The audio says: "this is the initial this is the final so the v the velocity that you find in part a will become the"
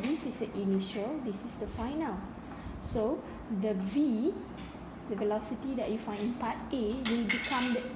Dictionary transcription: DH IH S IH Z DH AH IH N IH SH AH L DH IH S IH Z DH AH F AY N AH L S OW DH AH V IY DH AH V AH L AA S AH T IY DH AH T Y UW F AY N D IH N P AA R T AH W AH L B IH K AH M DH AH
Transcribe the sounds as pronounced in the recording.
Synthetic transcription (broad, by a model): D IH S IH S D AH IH N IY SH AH L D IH S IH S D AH F AY N AH L S OW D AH V IY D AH V AH L AA S AH T IY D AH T Y UW F AY N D IH N P AA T AH W AH L B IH K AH M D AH